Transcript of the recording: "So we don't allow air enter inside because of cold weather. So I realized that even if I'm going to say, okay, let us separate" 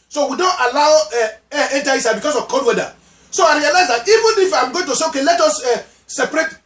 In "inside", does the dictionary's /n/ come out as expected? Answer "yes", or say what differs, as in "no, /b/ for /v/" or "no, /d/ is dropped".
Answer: no, /n/ is dropped